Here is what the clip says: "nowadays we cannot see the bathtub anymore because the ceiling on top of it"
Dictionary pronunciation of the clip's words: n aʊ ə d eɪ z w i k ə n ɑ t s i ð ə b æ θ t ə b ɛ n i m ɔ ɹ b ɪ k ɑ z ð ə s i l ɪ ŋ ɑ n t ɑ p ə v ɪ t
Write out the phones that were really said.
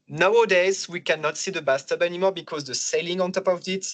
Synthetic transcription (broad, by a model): n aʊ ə d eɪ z w i k ə n ɑ t s i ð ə b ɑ s t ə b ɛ n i m ɔ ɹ b ɪ k ɑ z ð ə s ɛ l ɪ ŋ ɑ n t ɑ p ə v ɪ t